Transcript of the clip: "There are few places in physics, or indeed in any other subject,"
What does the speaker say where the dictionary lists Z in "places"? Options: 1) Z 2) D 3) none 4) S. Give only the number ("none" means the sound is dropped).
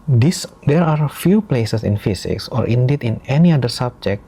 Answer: 4